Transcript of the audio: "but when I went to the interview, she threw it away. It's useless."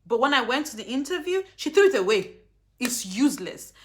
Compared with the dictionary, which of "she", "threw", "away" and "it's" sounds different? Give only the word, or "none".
none